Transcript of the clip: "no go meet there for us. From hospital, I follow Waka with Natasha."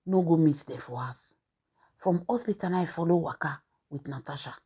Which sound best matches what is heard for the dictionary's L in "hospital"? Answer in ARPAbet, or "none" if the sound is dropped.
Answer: N